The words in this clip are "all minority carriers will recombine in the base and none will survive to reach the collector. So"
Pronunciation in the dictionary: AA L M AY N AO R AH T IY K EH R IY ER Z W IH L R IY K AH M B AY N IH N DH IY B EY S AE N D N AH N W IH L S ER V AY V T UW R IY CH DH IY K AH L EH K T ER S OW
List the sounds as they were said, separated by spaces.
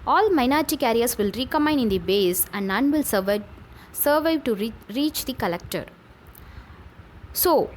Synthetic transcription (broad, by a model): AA L M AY N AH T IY K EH R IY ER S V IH L R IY K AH M AY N IH N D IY B EY S AE N D N AH N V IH L S ER V AY V T UW R IY CH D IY K AH L EH K T ER S OW